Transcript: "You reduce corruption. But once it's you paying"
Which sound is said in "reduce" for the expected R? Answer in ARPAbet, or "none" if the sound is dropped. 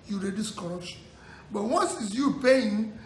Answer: R